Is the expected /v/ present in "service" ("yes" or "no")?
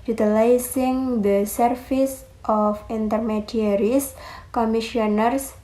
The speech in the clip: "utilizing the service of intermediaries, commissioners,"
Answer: no